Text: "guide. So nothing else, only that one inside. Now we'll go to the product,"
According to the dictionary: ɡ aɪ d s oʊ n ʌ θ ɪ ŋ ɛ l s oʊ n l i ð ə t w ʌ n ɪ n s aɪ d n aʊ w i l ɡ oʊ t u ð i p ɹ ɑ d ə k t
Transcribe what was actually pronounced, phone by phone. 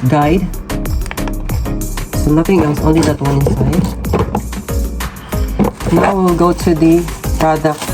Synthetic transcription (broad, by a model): ɡ aɪ d s oʊ n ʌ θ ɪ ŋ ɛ s oʊ n l i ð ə t w ʌ n ɪ n s aɪ d n aʊ w i l ɡ oʊ t u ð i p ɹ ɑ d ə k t